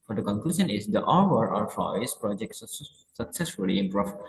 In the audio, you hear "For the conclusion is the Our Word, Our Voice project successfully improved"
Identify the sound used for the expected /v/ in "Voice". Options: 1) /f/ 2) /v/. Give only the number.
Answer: 1